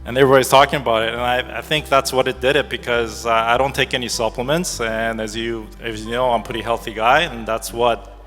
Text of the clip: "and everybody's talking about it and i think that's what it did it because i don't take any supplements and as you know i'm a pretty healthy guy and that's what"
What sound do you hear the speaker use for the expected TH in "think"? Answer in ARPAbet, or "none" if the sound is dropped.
TH